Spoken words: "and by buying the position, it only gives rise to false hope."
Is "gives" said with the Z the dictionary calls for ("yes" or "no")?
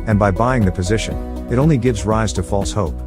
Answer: yes